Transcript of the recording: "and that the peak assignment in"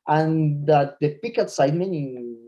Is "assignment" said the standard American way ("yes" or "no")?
no